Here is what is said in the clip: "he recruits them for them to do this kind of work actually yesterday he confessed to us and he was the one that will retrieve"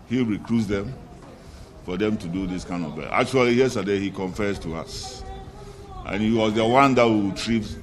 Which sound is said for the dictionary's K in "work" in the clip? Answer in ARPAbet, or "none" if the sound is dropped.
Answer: none